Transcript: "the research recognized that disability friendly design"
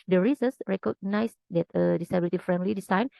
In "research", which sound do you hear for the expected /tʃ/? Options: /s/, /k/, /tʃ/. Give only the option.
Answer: /s/